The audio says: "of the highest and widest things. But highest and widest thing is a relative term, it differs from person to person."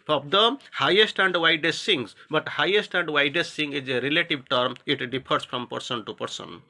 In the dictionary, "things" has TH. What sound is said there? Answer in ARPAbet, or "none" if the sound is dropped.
S